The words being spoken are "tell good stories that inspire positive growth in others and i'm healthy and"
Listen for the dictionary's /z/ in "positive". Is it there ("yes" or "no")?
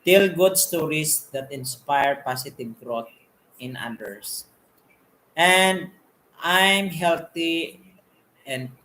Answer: no